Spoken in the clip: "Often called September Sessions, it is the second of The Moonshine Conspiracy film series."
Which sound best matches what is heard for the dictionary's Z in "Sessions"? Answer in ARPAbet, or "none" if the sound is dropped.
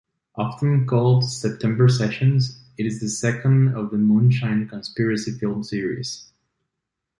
Z